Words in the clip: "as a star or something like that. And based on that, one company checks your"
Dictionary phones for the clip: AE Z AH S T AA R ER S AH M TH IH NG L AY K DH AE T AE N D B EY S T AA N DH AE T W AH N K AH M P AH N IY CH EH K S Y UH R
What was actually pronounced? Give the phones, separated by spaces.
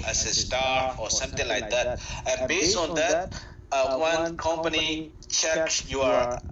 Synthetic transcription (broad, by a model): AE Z AH S T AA R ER S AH M T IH NG L AY K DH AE T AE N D B EY S T AA N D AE T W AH N K AH M P AH N IY CH EH K S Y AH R